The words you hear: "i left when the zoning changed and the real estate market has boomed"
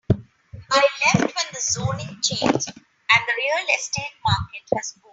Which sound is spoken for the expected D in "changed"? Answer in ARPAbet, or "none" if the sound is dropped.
none